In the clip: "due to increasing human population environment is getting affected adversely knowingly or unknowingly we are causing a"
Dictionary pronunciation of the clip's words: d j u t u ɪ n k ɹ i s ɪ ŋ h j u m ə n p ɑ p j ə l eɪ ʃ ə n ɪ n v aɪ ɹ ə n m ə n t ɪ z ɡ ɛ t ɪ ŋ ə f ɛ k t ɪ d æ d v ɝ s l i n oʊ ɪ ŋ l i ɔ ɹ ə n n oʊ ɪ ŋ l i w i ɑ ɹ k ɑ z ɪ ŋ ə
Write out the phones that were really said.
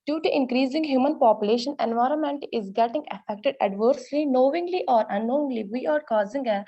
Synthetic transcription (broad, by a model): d j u t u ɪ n k ɹ i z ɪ ŋ h j u m ə n p ɑ p j ə l eɪ ʃ ə n ɪ n v aɪ ɹ ə n m ə n t ɪ z ɡ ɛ t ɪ ŋ ə f ɛ k t ɪ d æ d v ɝ s l i n oʊ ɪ ŋ l i ɔ ɹ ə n n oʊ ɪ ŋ l i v i ɑ ɹ k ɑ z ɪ ŋ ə